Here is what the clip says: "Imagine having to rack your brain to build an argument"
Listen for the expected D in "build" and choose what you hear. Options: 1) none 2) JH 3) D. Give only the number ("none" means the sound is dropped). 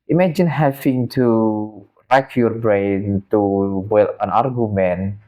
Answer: 1